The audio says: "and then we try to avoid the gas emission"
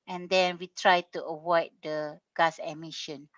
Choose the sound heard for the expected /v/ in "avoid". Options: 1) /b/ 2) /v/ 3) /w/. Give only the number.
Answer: 3